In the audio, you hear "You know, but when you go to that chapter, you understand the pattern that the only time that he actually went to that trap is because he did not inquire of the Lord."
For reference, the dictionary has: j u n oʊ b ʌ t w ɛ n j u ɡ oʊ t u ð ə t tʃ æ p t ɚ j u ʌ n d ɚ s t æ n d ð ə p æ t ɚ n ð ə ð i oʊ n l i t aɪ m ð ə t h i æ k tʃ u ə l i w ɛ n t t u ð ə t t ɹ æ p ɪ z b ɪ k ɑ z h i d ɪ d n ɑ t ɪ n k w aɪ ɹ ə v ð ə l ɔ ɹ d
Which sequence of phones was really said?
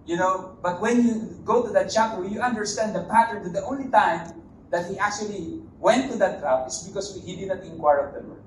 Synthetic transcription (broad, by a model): j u n oʊ b ʌ t w ɛ n j u ɡ oʊ t u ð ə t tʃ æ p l j u ʌ n d ɚ s t æ n d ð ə p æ t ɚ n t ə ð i oʊ n l i t aɪ m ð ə t h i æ k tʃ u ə l i w ɛ n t t u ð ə t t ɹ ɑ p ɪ s b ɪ k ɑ s h i d ɪ d n ɑ t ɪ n k w aɪ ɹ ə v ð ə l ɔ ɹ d